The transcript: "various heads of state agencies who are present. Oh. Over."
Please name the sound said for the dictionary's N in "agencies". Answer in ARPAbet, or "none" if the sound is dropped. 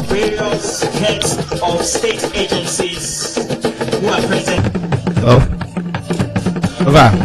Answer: N